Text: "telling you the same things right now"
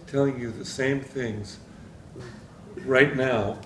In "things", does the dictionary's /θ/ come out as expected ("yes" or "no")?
yes